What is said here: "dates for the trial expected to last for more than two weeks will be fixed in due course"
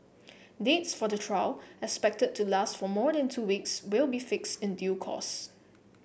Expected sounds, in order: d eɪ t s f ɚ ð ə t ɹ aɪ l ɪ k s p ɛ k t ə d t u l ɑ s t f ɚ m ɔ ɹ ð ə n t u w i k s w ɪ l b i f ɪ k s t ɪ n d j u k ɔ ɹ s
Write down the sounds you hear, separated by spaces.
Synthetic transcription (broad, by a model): d eɪ t s f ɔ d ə t ɹ aɪ l ɪ k s p ɛ k t ə d t u l ɑ s t f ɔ m ɔ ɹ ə n t u w i k s w ɪ l b i f ɪ k s t ɪ n d j u k ɔ s